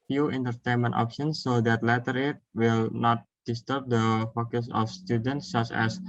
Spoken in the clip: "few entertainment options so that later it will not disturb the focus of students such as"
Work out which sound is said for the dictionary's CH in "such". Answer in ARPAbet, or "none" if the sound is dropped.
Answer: CH